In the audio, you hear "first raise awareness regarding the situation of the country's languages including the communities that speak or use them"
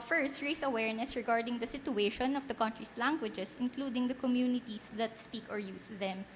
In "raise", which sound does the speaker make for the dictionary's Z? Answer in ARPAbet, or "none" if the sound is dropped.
S